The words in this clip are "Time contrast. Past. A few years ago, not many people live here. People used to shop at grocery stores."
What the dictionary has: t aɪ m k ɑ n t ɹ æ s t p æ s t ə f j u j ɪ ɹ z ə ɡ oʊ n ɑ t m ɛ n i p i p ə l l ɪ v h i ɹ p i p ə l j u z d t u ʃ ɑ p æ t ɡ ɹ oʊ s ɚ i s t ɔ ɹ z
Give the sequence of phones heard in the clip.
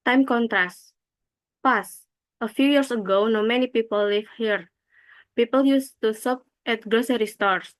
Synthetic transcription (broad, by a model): t aɪ m k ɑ n t ɹ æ s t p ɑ s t ə f j u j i ɹ s ə ɡ oʊ n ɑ m ɛ n i p i p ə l l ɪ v h i ɹ p i p ə l j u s t u s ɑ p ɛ t ɡ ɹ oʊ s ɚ i s t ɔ ɹ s